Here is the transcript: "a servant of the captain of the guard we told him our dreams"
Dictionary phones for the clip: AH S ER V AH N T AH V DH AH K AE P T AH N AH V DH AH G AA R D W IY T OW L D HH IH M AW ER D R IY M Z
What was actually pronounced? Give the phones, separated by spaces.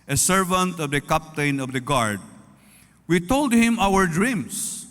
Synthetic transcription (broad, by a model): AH S ER V AH N T AH V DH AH K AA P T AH N AH V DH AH G AA R D W IY T OW L D HH IH M AW ER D R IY M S